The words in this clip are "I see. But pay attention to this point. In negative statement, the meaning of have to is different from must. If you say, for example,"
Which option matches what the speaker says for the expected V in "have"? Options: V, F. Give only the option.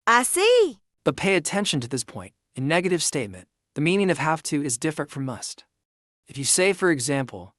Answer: F